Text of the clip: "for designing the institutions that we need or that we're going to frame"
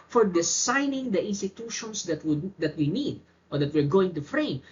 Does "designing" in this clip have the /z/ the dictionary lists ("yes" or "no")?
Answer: no